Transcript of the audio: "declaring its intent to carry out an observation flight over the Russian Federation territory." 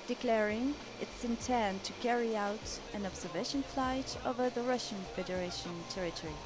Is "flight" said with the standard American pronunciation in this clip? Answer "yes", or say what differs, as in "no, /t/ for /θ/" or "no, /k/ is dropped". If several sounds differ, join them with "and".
yes